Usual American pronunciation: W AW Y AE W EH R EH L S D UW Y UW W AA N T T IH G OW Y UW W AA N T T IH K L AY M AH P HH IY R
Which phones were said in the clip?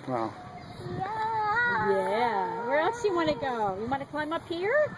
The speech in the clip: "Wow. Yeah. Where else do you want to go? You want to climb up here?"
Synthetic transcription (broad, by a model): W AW Y AE W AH R EH L S Y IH W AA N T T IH G OW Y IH W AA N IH K L AY M AH P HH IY R